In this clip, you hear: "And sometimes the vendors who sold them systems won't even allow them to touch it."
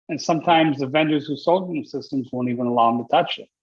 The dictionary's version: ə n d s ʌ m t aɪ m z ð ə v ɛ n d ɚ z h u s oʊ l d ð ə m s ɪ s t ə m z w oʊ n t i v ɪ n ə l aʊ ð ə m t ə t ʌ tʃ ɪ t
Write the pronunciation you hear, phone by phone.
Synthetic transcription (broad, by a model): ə n s ʌ m t aɪ m z ð ə v ɛ n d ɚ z h u s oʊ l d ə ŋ s ɪ s t ə m z w oʊ n t i v ɪ n ə l aʊ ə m t ə t ʌ tʃ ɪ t